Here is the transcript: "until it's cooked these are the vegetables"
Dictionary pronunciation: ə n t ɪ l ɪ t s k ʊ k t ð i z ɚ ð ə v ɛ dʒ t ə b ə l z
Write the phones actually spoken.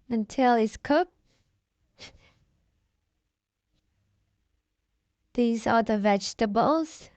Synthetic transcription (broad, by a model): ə n t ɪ l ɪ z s k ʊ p ð i z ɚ ð ə v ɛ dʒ t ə b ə l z